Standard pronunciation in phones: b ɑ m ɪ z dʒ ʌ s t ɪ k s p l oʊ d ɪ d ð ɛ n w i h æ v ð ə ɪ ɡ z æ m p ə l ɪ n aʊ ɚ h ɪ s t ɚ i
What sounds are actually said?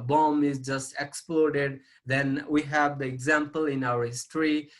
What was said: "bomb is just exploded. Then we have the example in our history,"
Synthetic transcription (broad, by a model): b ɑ m ɪ z dʒ ʌ s t ɪ k s p l oʊ d ɪ d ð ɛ n w i h æ v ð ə ɪ ɡ z æ m p ə l ɪ n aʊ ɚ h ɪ s t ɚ i